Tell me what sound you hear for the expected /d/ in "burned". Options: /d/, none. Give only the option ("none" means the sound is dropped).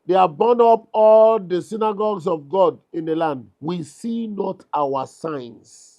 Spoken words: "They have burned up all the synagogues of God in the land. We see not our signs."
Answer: none